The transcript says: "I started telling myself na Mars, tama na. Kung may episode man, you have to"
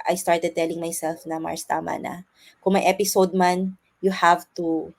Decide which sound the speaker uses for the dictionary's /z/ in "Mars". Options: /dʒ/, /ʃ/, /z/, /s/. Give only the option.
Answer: /s/